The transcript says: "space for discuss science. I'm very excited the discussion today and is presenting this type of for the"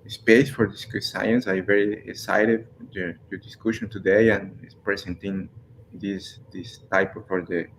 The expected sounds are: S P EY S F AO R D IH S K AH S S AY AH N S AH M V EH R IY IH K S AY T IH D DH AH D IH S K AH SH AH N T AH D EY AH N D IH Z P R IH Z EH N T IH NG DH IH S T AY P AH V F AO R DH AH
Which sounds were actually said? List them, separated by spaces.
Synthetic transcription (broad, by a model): S P EY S F AO R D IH S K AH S S AY AH N S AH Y V EH R IY IH K S AY T IH D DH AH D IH S K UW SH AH N T AH D EY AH N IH S P R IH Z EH N T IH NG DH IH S T AY P F AO R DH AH